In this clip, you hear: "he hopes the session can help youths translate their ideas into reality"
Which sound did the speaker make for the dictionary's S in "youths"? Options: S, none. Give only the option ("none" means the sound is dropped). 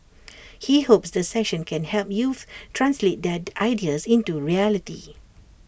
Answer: none